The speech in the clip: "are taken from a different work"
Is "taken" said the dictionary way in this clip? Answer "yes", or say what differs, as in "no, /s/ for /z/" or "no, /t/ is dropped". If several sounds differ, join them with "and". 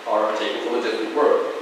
no, /l/ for /n/